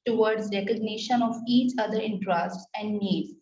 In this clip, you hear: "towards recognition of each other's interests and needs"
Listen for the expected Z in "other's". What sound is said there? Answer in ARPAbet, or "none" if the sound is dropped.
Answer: none